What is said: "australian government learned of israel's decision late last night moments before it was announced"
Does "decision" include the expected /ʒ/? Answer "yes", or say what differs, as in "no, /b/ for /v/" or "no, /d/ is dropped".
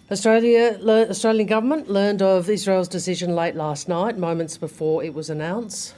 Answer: yes